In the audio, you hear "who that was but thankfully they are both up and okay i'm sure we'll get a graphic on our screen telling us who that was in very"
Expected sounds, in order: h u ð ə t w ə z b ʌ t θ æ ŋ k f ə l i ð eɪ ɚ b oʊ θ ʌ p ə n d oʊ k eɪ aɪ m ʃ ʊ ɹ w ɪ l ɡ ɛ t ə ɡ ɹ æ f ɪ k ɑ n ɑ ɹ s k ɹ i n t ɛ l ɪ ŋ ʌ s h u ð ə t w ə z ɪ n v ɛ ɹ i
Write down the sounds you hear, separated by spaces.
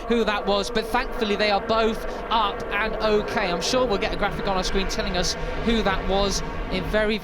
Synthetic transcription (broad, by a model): h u ð ə t w ə z b ʌ t θ æ ŋ k f ə l i ð eɪ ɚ b oʊ θ ʌ p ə n oʊ k eɪ aɪ m ʃ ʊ ɹ w ɪ l ɡ ɛ t ə ɡ ɹ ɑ f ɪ k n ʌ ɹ s k ɹ i n t ɛ l ɪ ŋ ʌ s h u ð ə t w ə z ɪ n v ɛ ɹ i